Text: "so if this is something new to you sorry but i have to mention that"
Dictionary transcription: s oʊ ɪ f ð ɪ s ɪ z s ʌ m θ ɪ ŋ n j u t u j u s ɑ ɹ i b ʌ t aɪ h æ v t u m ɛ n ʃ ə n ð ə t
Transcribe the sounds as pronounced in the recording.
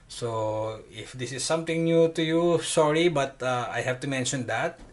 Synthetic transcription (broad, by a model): s oʊ ɪ f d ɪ s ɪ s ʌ m t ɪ ŋ n j u t u j u s ɑ ɹ i b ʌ t aɪ h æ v t u m ɛ n ʃ ə n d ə t